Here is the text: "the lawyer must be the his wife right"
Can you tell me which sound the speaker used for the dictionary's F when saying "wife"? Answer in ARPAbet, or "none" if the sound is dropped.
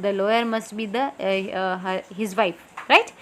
P